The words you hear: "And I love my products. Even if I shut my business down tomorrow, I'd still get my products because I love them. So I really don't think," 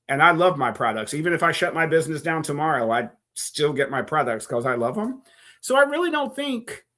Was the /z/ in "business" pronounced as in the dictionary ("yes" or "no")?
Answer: yes